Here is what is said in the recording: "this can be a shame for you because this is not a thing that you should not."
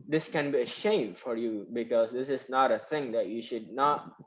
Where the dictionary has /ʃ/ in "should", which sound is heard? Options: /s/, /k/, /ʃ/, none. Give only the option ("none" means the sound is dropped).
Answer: /ʃ/